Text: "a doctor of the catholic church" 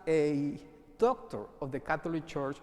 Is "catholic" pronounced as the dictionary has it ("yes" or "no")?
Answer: no